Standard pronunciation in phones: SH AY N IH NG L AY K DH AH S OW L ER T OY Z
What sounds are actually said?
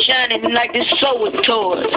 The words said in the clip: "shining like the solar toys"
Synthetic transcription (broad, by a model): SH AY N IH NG L AY K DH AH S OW W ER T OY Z